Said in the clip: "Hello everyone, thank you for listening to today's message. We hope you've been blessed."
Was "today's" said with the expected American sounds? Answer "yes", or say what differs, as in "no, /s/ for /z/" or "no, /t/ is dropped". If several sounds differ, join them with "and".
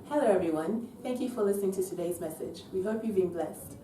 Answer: yes